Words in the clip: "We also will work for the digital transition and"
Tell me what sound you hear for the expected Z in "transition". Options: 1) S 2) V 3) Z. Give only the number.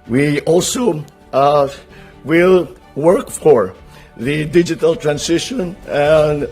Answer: 1